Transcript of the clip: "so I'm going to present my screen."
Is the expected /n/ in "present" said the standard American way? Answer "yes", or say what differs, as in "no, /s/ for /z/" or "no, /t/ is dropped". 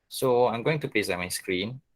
no, /n/ is dropped